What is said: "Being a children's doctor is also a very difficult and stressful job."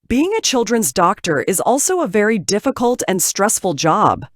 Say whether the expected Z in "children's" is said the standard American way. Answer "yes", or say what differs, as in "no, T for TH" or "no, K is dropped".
yes